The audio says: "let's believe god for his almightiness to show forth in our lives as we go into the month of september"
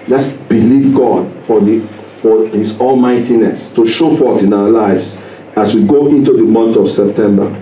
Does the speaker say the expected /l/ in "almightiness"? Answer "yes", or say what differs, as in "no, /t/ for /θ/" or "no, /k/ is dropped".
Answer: yes